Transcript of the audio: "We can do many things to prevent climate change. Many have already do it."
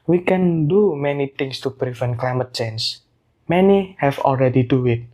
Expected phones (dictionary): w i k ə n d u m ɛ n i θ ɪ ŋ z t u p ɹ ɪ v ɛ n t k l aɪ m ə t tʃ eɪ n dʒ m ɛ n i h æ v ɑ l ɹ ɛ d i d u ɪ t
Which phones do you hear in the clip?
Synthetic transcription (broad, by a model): w i k ə n d u m ɛ n i t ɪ ŋ s t u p ɹ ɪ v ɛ n k l aɪ m ə t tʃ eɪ n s m ɛ n i h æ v ɑ l ɹ ɛ d i d u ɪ t